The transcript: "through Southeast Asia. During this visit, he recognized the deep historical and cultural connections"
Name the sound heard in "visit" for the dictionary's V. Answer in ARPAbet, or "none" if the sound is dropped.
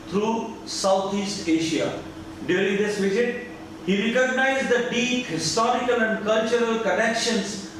V